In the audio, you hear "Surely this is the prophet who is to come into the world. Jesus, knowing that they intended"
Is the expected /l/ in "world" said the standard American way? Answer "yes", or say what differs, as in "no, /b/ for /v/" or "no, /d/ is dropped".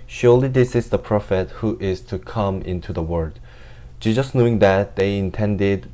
no, /l/ is dropped